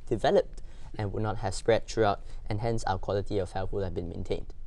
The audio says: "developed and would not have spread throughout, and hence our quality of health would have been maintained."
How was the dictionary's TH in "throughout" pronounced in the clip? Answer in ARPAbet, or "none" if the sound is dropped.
T